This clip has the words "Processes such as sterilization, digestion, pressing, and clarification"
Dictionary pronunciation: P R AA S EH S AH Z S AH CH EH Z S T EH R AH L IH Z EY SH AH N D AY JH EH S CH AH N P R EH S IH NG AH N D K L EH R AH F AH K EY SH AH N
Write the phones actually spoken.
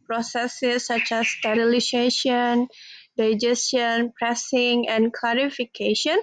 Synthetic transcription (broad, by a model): P R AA S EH S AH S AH CH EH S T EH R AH L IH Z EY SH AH N D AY JH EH S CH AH N P R EH S IH NG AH N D K L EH R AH F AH K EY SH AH N